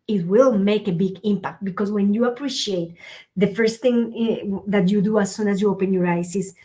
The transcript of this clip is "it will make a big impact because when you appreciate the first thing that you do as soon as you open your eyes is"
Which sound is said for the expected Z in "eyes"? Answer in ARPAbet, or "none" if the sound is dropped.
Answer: S